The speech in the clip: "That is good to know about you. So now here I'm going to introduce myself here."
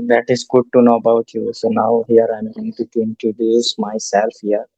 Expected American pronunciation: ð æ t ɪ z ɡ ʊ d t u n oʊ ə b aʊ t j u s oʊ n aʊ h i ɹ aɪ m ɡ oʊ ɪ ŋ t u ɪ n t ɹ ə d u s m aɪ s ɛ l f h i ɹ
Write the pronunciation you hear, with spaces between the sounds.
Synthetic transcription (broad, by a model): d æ t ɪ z ɡ ʊ d t u n oʊ ə b aʊ t j u s oʊ n aʊ h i ɹ aɪ m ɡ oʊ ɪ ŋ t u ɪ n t ə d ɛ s m aɪ s ɛ l f h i ɹ